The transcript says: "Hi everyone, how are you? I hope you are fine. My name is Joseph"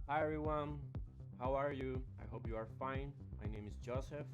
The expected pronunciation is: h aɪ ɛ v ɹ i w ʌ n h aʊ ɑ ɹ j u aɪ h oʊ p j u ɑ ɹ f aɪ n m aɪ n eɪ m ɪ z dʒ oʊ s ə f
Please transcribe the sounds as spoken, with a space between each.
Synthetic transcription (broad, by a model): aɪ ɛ ɹ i w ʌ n h aʊ ɑ ɹ j u aɪ h oʊ p j u ɑ ɹ f aɪ n m aɪ n eɪ m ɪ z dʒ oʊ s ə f